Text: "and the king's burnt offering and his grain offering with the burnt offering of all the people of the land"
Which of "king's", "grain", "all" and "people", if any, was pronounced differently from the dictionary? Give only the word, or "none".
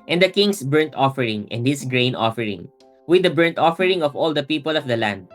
king's